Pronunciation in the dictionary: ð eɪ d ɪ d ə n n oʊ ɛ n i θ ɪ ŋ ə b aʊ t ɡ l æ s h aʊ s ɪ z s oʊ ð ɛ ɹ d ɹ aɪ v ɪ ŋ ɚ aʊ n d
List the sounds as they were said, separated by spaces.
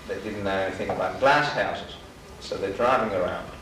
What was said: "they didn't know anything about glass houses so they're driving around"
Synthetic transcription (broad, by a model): ð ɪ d ɪ d n n oʊ ɛ n i θ ɪ ŋ ə b aʊ t ɡ l æ s h aʊ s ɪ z s oʊ ð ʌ ɹ d ɹ aɪ v ɪ ŋ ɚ aʊ n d